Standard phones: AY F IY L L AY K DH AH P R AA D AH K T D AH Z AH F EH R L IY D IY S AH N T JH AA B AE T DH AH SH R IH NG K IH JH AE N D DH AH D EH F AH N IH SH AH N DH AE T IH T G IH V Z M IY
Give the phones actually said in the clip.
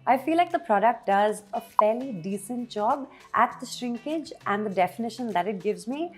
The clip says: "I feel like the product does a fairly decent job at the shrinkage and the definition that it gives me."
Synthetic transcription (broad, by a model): AY F IY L L AY K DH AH P R AA D AH K T D AH Z AH F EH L IY D IY S AH N T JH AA B AE T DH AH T R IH NG K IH JH AE N D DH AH D EH F AH N IH SH AH N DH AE T IH T G IH V Z M IY